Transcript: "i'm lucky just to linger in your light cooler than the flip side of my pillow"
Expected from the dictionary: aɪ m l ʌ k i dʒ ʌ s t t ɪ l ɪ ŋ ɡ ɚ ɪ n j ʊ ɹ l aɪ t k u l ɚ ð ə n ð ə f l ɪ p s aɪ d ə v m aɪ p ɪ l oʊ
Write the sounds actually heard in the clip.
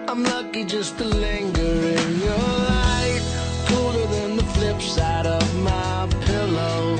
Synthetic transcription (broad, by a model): aɪ m l ʌ k i dʒ ʌ s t t ɪ l ɪ ŋ ɡ ɚ ɪ n j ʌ ɹ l aɪ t k u l ɚ ð ə n ð ə f l ɪ p s aɪ d ə v m aɪ p ɪ l oʊ